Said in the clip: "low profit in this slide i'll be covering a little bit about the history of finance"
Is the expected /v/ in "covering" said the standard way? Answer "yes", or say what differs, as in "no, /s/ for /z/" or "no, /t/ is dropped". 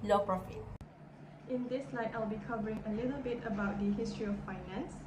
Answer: yes